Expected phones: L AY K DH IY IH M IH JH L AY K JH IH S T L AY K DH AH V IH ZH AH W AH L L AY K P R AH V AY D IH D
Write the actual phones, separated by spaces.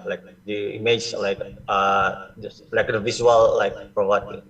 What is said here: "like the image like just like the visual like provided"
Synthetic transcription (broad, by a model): L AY K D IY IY M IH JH L AY K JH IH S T L AY K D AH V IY S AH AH L L AY K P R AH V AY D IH